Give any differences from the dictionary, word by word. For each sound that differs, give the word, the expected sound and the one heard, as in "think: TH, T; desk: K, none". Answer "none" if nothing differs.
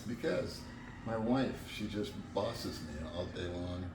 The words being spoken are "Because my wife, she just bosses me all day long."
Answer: none